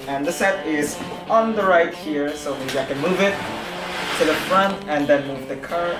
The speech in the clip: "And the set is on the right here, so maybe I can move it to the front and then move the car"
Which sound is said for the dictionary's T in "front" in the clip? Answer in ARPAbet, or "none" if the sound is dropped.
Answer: T